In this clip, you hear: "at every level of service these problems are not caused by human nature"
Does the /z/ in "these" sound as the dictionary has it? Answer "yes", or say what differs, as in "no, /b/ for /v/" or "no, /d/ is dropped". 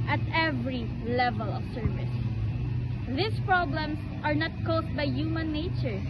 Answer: no, /s/ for /z/